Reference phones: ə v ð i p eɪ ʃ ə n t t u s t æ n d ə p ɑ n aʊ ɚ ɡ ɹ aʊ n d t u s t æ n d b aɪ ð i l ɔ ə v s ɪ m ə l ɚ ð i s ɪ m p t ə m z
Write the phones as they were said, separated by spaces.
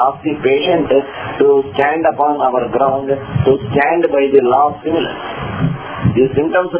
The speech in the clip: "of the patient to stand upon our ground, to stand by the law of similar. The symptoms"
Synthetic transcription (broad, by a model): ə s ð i p eɪ ʃ ə n t t u s t æ n d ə p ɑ n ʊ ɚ ɡ ɹ aʊ n d t u s t æ n d b aɪ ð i l ɔ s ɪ m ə l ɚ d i s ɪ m t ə m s